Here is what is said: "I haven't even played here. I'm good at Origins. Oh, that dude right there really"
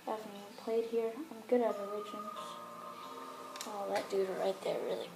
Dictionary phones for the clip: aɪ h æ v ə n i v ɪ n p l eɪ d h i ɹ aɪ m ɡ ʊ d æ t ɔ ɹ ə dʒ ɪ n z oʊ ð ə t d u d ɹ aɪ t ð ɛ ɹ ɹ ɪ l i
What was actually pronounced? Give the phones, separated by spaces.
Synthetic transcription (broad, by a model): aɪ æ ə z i ɪ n p l eɪ d h i ɹ aɪ m ɡ ʊ d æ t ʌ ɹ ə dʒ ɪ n oʊ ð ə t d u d ɹ aɪ t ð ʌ ɹ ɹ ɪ l i